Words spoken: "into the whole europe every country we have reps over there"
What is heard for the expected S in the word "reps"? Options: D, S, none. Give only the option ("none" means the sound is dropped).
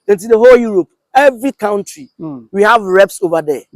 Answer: S